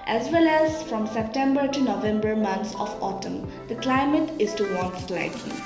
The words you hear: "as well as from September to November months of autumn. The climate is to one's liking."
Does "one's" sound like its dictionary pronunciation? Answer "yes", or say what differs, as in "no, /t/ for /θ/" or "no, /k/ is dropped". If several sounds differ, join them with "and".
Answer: no, /s/ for /z/